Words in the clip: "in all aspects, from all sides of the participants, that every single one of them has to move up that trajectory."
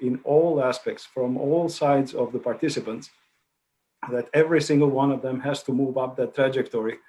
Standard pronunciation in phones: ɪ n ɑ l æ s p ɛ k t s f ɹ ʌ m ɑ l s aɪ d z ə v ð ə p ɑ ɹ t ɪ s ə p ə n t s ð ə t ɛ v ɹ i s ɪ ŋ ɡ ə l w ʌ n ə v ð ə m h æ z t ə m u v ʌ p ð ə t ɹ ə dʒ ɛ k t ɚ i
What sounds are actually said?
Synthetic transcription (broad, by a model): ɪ n ɑ l æ s p ɛ k t s f ɹ ʌ m ɑ l s aɪ d z ə v ð ə p ɑ ɹ t ɪ s ə p ə n t s ð ə t ɛ v ɹ i s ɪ ŋ ɡ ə l w ʌ n ə v ð ə m h æ z t ə m u v ʌ p ð ə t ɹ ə dʒ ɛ k t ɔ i